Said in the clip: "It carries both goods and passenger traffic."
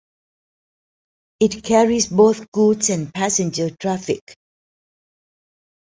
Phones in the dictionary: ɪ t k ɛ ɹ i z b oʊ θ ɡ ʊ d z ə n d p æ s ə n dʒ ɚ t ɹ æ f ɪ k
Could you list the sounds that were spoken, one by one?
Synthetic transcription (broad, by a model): ɪ t k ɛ ɹ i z b oʊ θ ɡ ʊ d s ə n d p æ s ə n dʒ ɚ t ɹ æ f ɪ k